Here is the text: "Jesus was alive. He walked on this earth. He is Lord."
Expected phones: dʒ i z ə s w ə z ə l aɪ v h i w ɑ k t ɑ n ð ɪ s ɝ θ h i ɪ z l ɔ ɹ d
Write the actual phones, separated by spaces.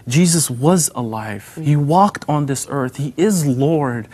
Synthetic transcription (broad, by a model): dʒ i z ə s w ə z ə l aɪ v h i w ɑ k t n ð ɪ s ɝ θ h i ɪ z l ɔ ɹ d